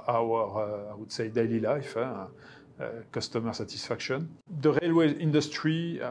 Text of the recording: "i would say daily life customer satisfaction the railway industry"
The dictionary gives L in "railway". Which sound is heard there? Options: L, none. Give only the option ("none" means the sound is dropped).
L